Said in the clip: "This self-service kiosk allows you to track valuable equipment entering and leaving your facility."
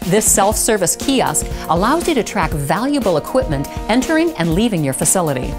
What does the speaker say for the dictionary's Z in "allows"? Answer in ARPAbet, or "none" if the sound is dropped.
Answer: Z